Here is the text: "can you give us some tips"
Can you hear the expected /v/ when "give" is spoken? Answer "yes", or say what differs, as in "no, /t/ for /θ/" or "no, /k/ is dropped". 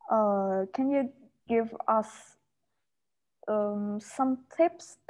yes